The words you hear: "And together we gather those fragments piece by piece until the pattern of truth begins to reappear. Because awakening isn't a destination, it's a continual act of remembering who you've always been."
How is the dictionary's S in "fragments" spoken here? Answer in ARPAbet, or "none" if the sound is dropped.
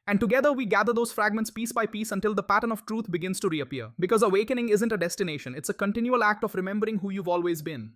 S